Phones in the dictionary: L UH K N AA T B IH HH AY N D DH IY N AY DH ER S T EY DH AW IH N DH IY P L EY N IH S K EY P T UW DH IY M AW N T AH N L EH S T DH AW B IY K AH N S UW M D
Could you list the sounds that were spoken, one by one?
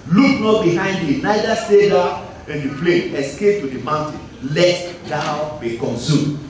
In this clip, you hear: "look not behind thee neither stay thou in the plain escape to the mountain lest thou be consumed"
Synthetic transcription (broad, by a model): L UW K N AA T B IH HH AY N D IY N AY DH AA S T EY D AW IH N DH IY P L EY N IH S K EY P T UW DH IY M AW N T AH N L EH T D AW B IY K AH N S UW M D